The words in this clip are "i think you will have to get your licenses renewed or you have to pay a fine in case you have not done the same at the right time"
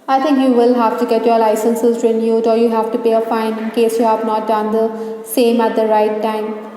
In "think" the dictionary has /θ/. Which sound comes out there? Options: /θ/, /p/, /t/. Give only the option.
/t/